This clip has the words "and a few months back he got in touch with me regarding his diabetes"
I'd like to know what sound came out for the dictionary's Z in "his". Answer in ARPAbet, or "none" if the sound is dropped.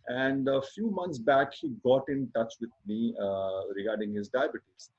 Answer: Z